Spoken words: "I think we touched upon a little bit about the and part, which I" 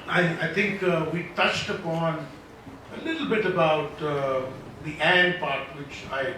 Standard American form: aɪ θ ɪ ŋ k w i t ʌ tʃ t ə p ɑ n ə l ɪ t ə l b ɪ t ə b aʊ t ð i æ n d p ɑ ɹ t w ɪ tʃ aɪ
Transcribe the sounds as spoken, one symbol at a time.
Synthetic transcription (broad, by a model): aɪ t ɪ ŋ k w i t ʌ tʃ t ə p ɑ n ə l ɪ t l b ɪ t ə b aʊ t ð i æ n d p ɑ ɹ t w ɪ tʃ aɪ